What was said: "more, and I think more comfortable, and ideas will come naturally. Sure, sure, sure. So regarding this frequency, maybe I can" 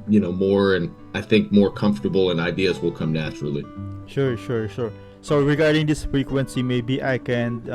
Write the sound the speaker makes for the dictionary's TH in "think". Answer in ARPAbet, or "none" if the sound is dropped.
TH